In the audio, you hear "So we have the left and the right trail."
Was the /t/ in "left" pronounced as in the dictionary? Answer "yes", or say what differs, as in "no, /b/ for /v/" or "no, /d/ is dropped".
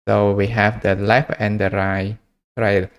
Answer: no, /t/ is dropped